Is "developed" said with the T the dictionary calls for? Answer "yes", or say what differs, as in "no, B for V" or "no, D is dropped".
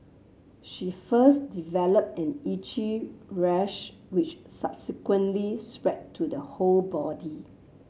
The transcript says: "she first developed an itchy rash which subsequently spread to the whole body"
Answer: yes